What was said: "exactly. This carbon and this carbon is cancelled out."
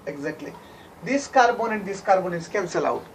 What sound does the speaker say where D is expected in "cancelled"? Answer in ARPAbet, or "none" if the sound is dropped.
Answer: none